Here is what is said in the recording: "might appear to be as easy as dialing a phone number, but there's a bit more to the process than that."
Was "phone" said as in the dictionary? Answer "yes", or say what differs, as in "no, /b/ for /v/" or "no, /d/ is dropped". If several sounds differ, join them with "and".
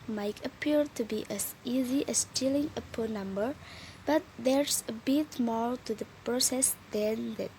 no, /p/ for /f/